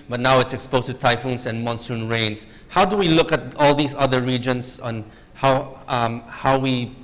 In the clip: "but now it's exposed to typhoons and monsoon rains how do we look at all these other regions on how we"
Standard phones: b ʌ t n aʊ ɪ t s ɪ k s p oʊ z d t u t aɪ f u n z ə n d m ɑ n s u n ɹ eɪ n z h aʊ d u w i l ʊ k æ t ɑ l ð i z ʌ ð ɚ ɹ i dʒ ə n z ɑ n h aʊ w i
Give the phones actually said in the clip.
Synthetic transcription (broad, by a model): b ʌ t n aʊ ɪ t s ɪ k s p oʊ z t u t aɪ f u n s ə n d m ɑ n s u n ɹ eɪ n s h aʊ d u w i l ʊ k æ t ɑ l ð i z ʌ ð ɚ ɹ i dʒ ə n s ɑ n h aʊ w i